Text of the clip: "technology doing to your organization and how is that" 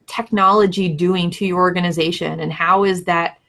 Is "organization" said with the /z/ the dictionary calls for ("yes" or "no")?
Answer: yes